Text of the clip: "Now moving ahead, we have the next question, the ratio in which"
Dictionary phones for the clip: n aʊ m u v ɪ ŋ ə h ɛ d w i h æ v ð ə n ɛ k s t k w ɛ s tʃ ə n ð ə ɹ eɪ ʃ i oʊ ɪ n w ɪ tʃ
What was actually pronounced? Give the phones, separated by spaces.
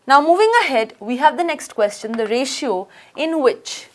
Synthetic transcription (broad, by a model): n aʊ m u v ɪ ŋ ə h ɛ d w i h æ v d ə n ɛ k s t k w ɛ s tʃ ə n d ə ɹ eɪ ʃ i oʊ ɪ n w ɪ tʃ